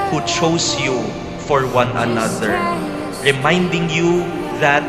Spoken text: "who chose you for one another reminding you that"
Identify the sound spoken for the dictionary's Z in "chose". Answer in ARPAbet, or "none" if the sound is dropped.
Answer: S